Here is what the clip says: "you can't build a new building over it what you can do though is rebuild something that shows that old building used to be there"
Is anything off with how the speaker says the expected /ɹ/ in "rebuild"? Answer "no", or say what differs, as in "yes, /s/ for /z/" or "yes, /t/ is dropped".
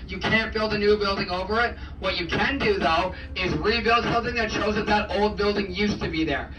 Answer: no